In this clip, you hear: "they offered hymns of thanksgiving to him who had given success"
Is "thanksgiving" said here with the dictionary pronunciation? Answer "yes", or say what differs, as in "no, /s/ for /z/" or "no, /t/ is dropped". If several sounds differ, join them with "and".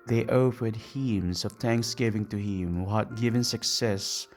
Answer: yes